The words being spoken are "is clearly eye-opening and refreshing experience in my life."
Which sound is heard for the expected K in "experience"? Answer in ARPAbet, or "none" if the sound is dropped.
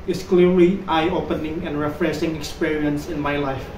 K